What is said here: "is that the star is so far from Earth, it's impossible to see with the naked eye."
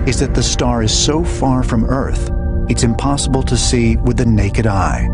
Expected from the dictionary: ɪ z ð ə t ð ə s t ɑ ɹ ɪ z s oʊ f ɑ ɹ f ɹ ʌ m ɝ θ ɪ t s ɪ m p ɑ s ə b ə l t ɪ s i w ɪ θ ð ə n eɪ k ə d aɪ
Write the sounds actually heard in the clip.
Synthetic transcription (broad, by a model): ɪ z ð ə t ð ə s t ɑ ɹ ɪ z s oʊ f ɑ ɹ f ɹ ʌ m ɝ θ ɪ t s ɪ m p ɑ s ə b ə l t ɪ s i w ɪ ð ə n eɪ k ə d aɪ